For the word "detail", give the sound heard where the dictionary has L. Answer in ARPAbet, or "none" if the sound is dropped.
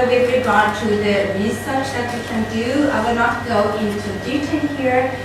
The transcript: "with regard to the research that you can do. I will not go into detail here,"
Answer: N